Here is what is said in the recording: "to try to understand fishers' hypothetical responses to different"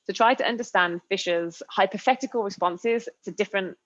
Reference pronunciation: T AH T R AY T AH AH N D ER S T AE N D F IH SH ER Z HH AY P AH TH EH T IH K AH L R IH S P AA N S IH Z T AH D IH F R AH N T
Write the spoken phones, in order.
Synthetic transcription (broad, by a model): T AH T R AY T AH AH N D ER S T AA N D F IH SH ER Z HH AY P AH TH EH T IH K AH L R IH S P AA N S IH Z T AH D IH F R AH N T